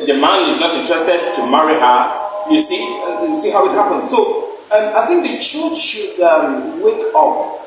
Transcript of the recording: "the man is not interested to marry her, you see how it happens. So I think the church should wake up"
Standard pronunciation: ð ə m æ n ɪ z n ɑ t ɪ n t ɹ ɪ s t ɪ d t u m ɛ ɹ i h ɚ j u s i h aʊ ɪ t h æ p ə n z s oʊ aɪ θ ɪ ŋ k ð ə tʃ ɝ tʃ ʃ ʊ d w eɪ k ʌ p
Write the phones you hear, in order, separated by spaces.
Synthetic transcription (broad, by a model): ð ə m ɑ n ɪ z n ɑ t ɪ n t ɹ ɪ s t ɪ d t u m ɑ ɹ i h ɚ j u s i h aʊ ɪ t h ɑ p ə n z s oʊ aɪ θ ɪ ŋ k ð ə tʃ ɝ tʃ ʃ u d w eɪ k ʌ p